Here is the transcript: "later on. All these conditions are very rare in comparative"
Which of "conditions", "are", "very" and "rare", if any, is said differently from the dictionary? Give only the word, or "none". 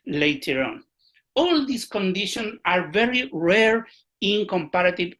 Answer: conditions